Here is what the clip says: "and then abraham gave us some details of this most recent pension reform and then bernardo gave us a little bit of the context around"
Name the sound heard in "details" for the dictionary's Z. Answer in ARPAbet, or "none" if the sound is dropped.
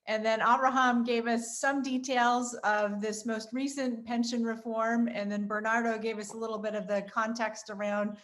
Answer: Z